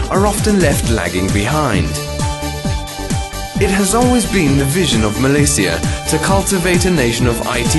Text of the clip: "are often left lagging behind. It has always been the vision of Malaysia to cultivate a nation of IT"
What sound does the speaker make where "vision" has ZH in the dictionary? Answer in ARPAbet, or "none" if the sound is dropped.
ZH